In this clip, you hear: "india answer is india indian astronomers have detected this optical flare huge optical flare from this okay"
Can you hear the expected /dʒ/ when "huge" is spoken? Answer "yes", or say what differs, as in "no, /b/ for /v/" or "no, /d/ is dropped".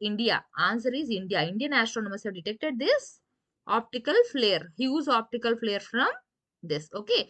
no, /z/ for /dʒ/